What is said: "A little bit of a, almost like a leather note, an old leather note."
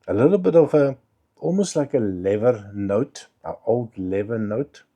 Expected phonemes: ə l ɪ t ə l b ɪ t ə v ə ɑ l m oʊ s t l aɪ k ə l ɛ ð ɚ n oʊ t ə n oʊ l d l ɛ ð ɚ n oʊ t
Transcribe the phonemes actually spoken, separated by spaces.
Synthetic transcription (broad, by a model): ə l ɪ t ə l b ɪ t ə f ə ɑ m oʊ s l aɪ k ə l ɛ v ɚ n oʊ t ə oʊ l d l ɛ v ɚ n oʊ t